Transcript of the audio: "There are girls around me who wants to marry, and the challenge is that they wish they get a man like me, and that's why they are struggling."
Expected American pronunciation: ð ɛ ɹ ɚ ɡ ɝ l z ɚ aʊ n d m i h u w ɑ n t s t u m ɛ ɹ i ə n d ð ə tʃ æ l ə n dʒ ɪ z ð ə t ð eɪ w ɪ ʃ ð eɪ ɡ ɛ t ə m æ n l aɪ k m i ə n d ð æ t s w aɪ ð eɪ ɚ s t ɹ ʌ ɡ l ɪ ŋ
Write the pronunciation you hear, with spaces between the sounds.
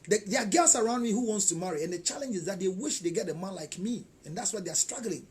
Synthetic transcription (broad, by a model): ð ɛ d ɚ ɡ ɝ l s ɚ aʊ n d m i h u w ɑ n t s t u m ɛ ɹ i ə n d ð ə tʃ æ l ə n dʒ ɪ z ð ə t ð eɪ w ɪ ʃ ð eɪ ɡ ɛ t ə m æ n l aɪ k m i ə n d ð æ t s w aɪ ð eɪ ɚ s t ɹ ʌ ɡ l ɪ ŋ